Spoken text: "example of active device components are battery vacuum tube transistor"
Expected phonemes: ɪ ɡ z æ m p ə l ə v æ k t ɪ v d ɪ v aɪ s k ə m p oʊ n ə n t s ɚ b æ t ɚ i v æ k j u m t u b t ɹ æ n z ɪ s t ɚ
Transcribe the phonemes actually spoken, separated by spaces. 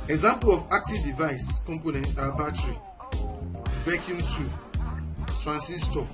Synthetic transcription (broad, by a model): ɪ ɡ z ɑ m p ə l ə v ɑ k t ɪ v d ɪ v aɪ s k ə m p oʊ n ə n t ɑ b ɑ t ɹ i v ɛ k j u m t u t ɹ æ n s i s t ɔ